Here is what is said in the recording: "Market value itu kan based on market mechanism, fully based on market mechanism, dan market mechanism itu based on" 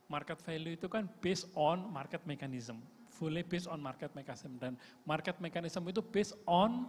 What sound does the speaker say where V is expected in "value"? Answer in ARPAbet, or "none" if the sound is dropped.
F